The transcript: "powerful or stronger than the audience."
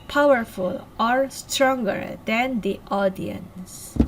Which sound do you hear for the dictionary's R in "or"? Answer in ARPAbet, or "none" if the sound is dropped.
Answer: R